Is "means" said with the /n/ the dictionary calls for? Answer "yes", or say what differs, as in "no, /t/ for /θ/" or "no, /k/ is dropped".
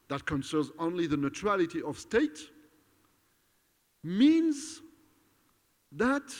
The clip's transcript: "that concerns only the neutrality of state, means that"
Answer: yes